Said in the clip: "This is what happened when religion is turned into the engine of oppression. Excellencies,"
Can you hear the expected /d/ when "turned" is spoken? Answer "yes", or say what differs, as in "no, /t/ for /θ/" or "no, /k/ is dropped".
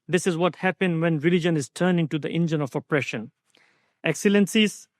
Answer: no, /d/ is dropped